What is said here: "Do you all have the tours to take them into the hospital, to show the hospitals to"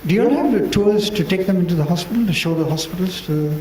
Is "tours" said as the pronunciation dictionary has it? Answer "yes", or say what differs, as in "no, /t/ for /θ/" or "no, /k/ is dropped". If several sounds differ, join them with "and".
no, /l/ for /ɹ/